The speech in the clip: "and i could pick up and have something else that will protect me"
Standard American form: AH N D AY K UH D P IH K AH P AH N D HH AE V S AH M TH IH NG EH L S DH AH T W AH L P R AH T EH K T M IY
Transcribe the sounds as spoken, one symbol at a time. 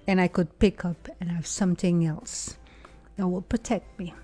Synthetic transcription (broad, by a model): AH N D AY K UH D P IH K AH P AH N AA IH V S AH M TH IH NG EH L S DH AH T W AH L P R AH T EH K T M IY